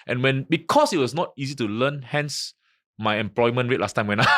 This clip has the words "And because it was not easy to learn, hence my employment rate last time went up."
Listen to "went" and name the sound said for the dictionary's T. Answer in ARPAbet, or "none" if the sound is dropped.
none